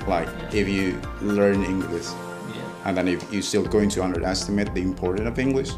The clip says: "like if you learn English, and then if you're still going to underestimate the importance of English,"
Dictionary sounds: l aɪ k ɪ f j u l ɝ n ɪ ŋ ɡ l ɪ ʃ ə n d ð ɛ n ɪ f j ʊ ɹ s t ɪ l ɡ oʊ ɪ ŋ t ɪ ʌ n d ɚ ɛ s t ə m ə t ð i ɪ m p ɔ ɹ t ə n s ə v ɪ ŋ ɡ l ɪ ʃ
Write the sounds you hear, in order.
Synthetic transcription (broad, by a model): l aɪ k ɪ f j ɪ l ɝ n ɪ ŋ ɡ l ɪ ʃ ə n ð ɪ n ɪ f j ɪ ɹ s t ɪ l ɡ oʊ ɪ ŋ t ɪ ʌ n d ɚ ɛ s t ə m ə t ð i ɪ m p ɔ ɹ t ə n ə v ɪ ŋ ɡ l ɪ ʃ